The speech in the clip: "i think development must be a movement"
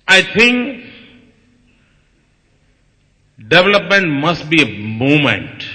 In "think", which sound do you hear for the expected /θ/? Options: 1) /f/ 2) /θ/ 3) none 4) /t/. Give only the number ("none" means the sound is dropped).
4